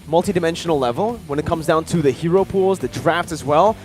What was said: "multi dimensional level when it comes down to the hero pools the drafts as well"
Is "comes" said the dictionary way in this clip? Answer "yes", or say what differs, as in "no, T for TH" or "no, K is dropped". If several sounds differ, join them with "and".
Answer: yes